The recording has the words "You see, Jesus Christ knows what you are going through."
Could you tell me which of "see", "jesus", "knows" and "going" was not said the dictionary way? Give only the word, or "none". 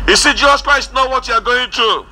knows